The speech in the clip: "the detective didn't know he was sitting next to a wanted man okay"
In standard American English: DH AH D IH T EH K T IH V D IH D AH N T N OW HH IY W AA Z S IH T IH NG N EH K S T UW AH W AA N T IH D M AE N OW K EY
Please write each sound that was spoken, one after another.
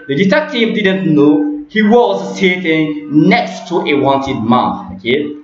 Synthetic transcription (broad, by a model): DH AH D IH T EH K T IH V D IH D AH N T N OW HH IY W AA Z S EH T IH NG N EH K S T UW AH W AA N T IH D M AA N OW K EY